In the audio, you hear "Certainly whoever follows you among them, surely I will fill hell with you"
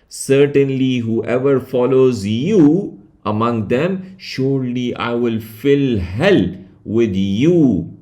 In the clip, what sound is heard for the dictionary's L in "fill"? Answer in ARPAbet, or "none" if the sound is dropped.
L